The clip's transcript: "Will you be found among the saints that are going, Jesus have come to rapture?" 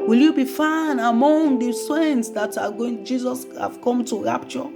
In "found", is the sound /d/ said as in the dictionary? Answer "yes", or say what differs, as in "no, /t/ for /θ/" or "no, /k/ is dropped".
no, /d/ is dropped